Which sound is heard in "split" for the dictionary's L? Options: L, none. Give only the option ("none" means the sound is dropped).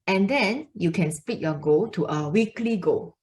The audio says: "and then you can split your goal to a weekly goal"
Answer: none